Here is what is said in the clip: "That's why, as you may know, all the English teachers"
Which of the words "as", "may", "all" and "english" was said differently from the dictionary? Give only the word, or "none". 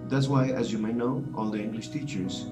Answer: none